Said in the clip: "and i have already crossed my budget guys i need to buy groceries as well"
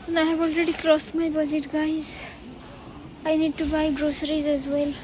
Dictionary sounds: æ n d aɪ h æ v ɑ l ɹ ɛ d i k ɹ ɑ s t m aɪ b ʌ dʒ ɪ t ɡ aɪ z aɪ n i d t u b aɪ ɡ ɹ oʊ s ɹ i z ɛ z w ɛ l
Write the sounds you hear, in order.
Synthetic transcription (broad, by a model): n aɪ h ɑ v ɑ l ɹ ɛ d i k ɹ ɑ s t m aɪ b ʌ z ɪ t ɡ aɪ z aɪ n i d t u b aɪ ɡ ɹ oʊ s ɹ i z ɛ z w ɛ l